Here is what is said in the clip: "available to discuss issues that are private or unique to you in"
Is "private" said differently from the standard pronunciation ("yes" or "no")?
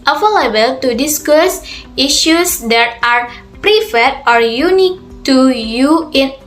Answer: yes